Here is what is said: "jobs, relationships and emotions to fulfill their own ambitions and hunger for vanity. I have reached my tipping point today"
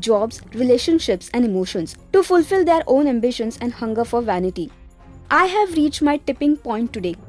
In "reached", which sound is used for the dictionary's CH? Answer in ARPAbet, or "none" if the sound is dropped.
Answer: CH